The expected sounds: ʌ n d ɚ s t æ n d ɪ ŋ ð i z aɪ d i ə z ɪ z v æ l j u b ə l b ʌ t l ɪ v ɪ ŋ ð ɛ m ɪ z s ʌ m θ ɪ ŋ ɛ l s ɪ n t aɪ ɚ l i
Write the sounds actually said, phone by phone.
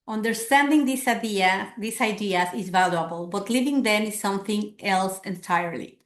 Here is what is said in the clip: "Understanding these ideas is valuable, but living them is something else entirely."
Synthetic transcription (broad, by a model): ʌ n d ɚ s t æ n d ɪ ŋ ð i s aɪ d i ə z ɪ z v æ l j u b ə l b ʌ t l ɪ v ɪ ŋ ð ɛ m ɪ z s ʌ m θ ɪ ŋ ɛ l s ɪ n t aɪ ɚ l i